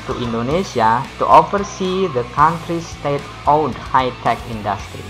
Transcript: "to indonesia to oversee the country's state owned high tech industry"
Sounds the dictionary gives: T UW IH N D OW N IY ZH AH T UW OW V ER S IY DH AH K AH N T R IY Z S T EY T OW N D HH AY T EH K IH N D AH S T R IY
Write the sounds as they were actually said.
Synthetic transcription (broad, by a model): T UW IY N D OW N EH S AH T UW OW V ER S IY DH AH K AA N T R IY S T EY T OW D HH AY T EH K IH N D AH S T R IY